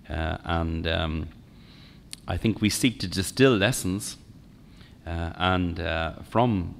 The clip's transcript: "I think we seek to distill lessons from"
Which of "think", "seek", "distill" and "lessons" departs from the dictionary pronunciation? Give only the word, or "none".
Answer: lessons